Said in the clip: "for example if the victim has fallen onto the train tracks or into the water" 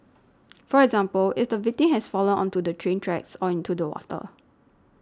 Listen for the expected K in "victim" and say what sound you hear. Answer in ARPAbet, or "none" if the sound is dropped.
none